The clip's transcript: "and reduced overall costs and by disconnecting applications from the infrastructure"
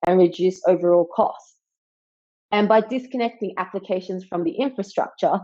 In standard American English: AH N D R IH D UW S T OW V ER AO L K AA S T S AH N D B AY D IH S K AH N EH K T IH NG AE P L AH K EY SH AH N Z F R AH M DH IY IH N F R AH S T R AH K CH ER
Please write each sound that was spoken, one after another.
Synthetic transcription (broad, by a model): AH N R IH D UW S OW V ER AO L K AA S T S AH N B AY D IH S K AH N EH K T IH NG AE P L AH K EY SH AH N Z F R AH M DH IY IH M F R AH S T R AH K CH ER